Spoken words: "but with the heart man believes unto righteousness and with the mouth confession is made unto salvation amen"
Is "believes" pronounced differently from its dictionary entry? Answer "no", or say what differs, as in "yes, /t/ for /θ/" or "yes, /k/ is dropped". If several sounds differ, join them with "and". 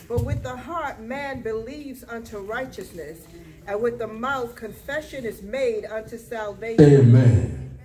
no